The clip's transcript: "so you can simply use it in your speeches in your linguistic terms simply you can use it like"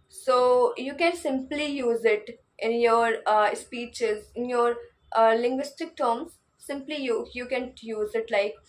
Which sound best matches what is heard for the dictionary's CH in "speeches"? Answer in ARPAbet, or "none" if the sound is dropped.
CH